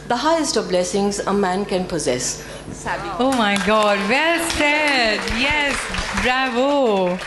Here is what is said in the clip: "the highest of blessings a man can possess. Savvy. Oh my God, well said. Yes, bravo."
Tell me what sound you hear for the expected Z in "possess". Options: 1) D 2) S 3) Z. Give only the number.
3